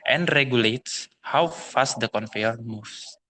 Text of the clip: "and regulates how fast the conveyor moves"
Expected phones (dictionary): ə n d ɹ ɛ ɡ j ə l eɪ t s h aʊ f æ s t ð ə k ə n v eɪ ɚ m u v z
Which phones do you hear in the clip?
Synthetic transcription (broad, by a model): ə n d ɹ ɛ ɡ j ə l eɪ t s h aʊ f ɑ s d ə k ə n f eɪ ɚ m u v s